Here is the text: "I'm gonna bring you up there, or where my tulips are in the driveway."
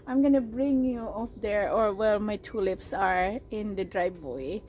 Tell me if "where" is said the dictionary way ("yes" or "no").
no